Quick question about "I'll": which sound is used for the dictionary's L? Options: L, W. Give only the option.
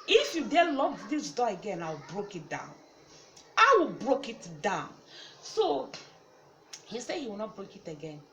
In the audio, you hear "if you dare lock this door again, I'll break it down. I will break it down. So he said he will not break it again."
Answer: W